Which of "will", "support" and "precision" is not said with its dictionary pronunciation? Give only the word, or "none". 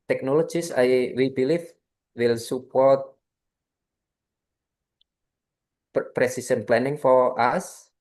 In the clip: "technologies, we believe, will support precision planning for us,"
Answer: precision